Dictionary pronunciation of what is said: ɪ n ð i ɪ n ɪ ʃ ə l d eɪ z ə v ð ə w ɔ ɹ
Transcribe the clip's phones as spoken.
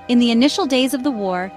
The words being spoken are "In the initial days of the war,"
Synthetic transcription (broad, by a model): ɪ n ð i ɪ n ɪ ʃ l d eɪ z ə v ð ə w ɔ ɹ